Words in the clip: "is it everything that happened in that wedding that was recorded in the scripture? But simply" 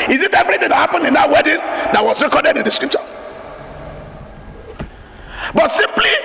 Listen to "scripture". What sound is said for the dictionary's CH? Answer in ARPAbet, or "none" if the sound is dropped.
SH